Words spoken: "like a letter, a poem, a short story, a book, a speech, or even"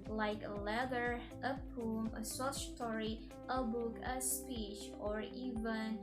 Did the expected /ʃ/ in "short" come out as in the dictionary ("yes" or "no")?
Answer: no